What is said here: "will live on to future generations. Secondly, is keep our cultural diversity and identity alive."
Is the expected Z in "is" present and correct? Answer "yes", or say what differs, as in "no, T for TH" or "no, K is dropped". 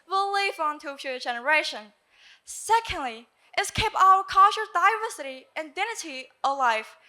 no, S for Z